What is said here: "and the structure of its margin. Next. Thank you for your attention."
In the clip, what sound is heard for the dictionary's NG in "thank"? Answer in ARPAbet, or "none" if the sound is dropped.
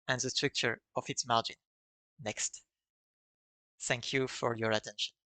NG